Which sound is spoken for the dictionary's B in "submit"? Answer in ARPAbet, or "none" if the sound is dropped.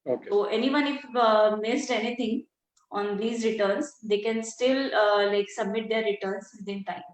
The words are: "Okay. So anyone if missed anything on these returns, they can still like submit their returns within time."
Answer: B